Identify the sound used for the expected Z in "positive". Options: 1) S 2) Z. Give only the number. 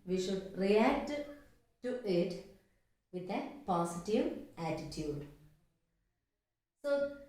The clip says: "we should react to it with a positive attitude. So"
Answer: 1